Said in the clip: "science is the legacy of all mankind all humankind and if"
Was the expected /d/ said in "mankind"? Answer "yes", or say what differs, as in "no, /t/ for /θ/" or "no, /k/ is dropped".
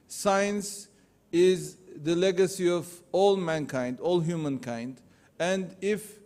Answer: yes